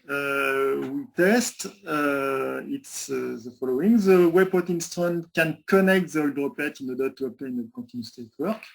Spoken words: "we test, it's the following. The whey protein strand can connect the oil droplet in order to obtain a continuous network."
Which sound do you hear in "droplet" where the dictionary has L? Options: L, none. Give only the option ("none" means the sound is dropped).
none